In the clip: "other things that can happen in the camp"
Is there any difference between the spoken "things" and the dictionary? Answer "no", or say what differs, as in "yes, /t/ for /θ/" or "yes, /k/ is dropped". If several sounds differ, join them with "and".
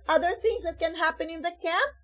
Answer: no